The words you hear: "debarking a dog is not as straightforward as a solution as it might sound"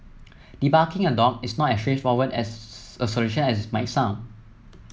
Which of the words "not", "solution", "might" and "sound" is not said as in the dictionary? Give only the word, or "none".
sound